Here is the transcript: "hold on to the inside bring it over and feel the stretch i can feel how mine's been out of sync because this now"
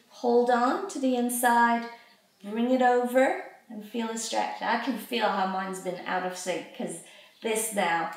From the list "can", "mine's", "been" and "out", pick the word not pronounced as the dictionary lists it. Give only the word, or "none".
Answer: none